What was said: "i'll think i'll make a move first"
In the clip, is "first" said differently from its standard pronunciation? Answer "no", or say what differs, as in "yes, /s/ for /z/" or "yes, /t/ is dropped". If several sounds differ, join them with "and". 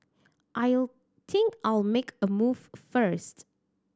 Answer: no